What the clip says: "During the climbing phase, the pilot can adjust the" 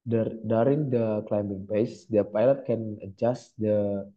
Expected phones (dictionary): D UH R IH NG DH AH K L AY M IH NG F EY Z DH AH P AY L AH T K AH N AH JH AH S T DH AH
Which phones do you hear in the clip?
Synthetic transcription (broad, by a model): D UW R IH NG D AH K L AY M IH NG P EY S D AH P AY L AH T K AH N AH JH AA S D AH